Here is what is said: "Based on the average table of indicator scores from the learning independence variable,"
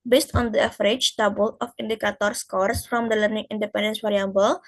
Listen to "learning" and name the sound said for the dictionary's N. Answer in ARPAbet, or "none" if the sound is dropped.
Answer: N